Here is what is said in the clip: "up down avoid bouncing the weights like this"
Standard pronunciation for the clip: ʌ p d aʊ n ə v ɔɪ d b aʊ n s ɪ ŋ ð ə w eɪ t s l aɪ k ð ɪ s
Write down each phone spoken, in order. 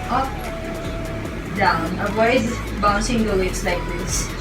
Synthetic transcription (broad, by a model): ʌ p d aʊ n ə w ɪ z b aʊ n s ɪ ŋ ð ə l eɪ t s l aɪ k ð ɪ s